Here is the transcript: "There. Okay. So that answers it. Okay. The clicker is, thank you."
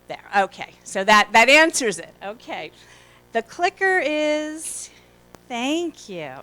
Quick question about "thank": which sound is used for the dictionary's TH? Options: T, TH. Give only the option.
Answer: TH